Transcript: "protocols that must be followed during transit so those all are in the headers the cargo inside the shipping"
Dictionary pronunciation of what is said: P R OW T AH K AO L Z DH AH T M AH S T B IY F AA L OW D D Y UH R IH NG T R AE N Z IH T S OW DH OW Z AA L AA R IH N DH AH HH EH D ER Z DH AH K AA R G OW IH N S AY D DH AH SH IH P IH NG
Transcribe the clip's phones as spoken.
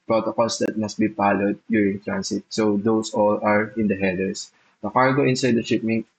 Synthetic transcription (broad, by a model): P R OW T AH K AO L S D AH T M AH S T B IY P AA L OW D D Y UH R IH NG T R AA N S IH T S OW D OW S AA L AA R IH N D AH HH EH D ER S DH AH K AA R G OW IH N S AY D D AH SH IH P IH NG